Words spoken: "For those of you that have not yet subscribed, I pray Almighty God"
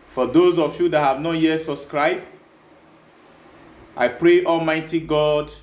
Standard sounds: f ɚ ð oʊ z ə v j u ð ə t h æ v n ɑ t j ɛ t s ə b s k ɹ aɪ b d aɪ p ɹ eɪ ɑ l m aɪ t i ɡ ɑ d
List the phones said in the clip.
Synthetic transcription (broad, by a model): f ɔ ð oʊ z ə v j u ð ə t h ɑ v n ɑ t j ɛ t s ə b s k ɹ aɪ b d aɪ p ɹ eɪ ɑ l m aɪ t i ɡ ɑ d